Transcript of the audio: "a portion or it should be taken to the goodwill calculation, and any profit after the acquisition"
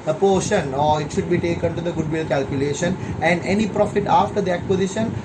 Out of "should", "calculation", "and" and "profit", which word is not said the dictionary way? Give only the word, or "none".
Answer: none